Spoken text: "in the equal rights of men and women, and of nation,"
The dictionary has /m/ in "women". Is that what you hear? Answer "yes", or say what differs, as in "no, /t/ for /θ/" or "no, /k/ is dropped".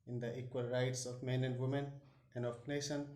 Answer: yes